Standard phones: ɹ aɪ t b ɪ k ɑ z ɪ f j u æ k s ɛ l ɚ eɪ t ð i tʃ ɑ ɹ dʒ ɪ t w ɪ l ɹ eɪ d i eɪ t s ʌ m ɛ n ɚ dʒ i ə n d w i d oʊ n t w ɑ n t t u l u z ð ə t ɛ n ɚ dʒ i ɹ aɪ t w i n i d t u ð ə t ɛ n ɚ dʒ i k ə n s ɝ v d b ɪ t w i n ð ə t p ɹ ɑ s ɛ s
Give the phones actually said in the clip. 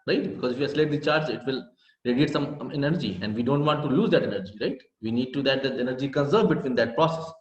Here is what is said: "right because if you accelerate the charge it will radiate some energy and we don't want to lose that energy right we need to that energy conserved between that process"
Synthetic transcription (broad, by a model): ɹ aɪ t b ɪ k ɑ z ɪ f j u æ s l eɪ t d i tʃ ɑ ɹ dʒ ɪ t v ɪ l ɹ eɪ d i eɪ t s ʌ m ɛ n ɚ dʒ i ə n d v i d oʊ n t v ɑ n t t u l u z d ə t ɛ n ɚ dʒ i ɹ aɪ t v i n i d t u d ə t ɛ n ɚ dʒ i k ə n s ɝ d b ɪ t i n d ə t p ɹ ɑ s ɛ s